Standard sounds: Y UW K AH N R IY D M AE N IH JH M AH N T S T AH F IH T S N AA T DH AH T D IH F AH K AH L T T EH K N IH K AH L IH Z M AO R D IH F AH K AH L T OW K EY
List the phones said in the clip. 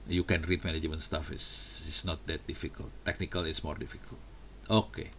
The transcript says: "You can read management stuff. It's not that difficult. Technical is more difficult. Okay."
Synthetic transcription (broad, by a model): Y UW K AH N R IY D M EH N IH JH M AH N S T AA F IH S S N AA T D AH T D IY F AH K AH L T T EH K N IH K AH L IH S M AO R D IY F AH K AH L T OW K EY